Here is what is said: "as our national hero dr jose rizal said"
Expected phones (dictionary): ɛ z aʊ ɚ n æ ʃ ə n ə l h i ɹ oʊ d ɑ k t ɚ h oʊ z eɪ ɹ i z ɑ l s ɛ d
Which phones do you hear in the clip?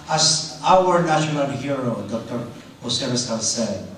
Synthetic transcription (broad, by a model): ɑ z aʊ ɚ n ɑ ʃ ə n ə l h i ɹ oʊ d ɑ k t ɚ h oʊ s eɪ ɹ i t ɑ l s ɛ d